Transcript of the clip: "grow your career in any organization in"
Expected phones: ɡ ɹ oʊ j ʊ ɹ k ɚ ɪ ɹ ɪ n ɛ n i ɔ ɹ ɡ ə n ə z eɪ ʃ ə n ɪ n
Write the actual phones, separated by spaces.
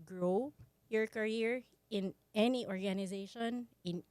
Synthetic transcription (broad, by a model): ɡ ɹ oʊ j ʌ ɹ k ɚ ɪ ɹ ɪ n ɛ n i ɔ ɹ ɡ ə n ə z eɪ ʃ ə n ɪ n